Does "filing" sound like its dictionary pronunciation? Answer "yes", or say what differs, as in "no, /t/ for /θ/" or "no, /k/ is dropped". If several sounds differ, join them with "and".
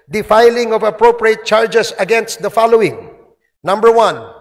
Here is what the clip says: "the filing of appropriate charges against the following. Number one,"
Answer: yes